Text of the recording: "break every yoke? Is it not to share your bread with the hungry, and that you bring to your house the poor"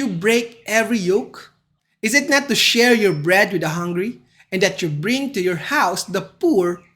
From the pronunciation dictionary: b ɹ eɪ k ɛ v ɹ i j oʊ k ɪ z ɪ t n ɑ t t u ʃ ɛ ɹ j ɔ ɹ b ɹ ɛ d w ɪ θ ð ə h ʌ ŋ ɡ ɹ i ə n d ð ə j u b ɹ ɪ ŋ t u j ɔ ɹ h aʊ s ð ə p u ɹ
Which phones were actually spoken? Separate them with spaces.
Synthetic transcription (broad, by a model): b ɹ eɪ k ɛ v ɹ i j oʊ k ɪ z ɪ t n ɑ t t u ʃ ɛ ɹ j ɔ ɹ b ɹ ɛ d w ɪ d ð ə h ʌ ŋ ɡ ɹ i ə n d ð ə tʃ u b ɹ ɪ ŋ t u j ɔ ɹ h aʊ s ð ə p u ɹ